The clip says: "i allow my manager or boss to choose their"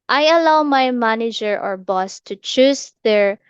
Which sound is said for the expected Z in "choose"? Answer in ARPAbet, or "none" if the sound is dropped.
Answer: S